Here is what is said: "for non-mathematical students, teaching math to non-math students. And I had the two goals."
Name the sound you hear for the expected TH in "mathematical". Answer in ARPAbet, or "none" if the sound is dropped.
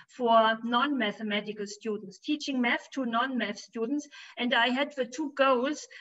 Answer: TH